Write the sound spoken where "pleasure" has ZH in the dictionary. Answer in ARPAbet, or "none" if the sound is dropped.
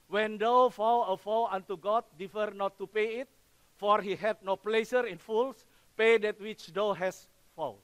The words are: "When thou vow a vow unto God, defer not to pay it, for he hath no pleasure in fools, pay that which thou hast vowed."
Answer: S